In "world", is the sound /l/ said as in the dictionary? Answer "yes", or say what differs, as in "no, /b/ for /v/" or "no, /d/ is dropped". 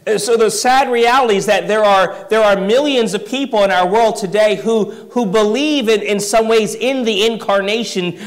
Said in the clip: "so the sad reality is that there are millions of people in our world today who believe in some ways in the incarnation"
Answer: yes